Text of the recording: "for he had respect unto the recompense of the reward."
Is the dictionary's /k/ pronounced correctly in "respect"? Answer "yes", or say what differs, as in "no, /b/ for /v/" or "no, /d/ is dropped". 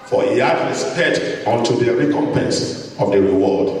no, /k/ is dropped